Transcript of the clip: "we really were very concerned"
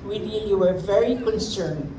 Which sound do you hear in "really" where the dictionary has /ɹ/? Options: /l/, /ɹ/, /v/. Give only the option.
/l/